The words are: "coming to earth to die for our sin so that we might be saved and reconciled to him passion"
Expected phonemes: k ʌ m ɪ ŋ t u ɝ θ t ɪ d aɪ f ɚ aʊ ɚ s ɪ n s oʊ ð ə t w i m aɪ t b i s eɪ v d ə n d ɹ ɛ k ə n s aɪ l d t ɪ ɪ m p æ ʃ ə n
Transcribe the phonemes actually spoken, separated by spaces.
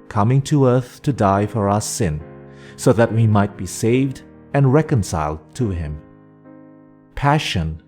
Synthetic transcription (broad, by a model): k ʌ m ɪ ŋ t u ɝ θ t ɪ d aɪ f ɚ aʊ ɚ s ɪ n s oʊ ð ə t w i m aɪ t b i s eɪ v d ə n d ɹ ɛ k ə n s aɪ l d t ɪ ɪ m p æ ʃ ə n